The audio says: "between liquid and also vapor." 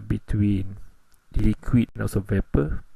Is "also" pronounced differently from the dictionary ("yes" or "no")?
yes